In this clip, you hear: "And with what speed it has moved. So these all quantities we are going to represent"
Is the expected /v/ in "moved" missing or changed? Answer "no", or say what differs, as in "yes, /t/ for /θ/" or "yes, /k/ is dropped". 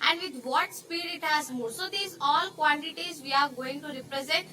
yes, /v/ is dropped